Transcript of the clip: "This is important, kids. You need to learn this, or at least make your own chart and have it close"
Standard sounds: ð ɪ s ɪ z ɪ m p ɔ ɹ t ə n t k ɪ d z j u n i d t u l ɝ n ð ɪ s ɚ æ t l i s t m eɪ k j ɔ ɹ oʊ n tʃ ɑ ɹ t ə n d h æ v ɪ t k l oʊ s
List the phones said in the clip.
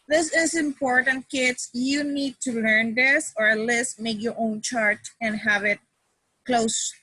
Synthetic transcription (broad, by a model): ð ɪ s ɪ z ɪ m p ɔ ɹ t ə n t k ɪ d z j u n i d t u l ɝ n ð ɪ s ɚ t l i s m eɪ k j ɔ ɹ oʊ n tʃ ɑ ɹ t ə n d h æ v ɪ t k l oʊ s